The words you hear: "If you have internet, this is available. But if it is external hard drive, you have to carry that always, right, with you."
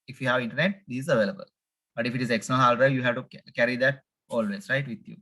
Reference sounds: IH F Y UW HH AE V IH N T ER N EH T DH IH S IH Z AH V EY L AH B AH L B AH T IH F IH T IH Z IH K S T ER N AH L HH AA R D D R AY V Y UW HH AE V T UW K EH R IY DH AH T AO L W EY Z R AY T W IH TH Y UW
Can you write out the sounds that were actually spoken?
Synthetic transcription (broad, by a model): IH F Y UW HH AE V IH N T ER N EH T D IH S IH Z AH V EY L AH B AH L B AH T IH F IH T IH Z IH K S T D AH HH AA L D AY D Y UW HH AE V T UW K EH R IY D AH T AO L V EY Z R AY T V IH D Y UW